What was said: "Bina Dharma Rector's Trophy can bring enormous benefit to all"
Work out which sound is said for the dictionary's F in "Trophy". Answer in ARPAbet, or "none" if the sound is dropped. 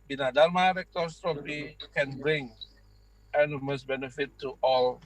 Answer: P